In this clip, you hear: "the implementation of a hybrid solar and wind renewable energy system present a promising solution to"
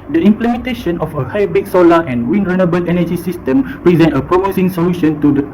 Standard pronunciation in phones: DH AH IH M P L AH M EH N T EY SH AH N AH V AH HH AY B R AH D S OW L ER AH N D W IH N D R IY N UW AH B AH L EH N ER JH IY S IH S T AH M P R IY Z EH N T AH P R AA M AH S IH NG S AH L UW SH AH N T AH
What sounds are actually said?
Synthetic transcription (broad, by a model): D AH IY M P L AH M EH N T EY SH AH N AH F AH HH AY B AH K S OW L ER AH N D W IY N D R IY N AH B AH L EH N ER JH IY S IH S T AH M P R IY Z EH N T AH P R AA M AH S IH NG S AH L UW SH AH N T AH